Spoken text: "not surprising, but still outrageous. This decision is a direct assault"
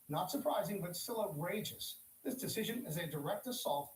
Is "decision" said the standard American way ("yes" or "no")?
yes